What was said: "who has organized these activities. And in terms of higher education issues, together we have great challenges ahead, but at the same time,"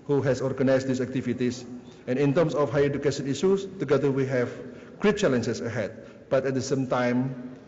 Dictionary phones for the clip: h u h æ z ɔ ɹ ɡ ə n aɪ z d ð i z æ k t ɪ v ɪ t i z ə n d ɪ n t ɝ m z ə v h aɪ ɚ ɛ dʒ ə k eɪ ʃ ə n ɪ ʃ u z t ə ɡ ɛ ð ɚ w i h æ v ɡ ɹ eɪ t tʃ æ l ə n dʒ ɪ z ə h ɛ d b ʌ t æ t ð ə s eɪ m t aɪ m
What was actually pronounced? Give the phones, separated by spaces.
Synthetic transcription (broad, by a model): h u h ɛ s ɔ ɹ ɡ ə n aɪ s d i s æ k t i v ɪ t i s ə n ɪ n t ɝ m s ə f h aɪ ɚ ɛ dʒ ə k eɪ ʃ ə n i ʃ u s t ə ɡ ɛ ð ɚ w i h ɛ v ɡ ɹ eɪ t tʃ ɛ l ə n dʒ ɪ s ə h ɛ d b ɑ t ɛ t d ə s eɪ m t aɪ m